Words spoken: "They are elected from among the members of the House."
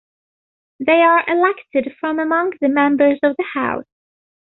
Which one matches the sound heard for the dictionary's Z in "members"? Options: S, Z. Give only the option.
Z